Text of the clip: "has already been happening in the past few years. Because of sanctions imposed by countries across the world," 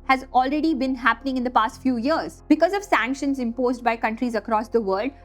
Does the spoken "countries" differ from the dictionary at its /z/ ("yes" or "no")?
no